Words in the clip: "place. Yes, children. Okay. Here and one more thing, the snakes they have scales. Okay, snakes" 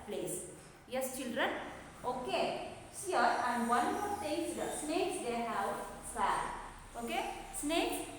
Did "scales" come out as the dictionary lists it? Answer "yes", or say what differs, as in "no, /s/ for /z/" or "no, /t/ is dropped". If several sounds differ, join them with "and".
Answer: no, /k/ is dropped